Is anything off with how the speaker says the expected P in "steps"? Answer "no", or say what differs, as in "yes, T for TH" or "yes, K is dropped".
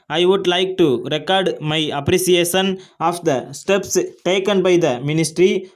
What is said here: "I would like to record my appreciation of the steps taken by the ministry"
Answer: no